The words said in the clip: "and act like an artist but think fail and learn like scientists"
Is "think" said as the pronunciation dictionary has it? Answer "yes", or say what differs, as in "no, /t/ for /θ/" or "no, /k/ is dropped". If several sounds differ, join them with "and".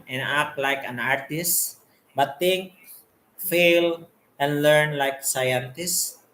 no, /t/ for /θ/